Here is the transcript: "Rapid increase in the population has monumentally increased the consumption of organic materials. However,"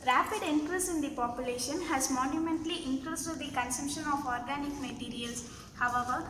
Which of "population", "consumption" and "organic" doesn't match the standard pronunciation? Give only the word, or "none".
none